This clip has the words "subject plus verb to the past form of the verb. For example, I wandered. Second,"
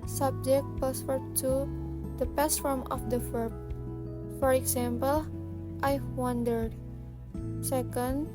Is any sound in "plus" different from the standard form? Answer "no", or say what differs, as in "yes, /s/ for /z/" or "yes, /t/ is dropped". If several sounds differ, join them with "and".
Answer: yes, /l/ is dropped